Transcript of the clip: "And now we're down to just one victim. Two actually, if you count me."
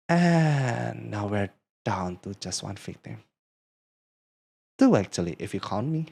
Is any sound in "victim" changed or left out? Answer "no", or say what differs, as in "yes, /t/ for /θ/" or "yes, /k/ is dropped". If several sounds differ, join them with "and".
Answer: yes, /f/ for /v/